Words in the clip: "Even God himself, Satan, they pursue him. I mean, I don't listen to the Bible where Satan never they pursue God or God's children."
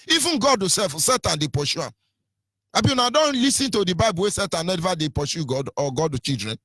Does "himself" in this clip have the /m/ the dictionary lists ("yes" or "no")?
no